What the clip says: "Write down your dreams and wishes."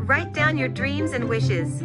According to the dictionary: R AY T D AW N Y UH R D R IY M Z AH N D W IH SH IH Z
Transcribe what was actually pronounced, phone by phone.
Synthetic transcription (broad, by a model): R AY T D AW N Y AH R D R IY M Z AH N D W IH SH IH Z